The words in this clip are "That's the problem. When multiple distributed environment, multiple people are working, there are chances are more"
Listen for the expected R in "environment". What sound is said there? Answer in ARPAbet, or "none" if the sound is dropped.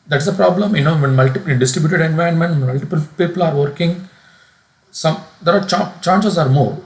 none